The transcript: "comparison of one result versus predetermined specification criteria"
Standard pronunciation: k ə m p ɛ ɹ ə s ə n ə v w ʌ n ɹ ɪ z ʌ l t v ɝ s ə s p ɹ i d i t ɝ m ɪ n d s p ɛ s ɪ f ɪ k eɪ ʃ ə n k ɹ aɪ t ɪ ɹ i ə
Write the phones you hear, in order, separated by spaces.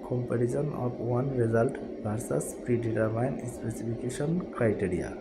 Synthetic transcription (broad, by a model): k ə m p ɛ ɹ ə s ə n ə p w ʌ n ɹ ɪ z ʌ l t b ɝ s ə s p ɹ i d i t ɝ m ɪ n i s p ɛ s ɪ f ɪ k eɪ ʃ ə n k ɹ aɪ t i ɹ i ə